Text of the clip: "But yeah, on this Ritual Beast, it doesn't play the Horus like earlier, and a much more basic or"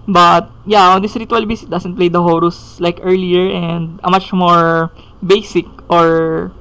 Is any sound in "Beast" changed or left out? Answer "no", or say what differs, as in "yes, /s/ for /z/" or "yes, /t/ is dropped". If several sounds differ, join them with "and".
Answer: yes, /t/ is dropped